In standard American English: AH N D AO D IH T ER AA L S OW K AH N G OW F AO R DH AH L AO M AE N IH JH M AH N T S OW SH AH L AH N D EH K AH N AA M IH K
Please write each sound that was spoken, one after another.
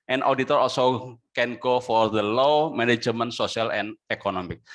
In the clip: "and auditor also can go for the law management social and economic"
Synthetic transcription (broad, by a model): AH N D AO D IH T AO AA L S OW K AH N G OW F AO R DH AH L AO M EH N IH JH M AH N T S OW S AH L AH N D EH K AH N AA M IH K